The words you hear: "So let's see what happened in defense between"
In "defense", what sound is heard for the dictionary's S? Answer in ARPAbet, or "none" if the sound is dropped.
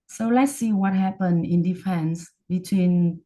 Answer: S